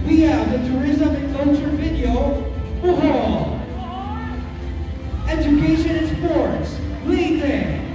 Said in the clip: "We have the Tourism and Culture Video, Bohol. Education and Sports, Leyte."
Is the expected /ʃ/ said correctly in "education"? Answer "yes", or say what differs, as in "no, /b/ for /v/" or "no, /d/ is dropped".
no, /ʃ/ is dropped